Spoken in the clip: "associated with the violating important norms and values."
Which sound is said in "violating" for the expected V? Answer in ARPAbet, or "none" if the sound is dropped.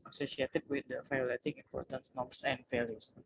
F